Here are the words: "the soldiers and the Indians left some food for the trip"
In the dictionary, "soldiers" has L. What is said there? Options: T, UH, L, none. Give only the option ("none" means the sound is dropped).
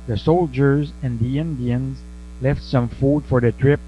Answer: L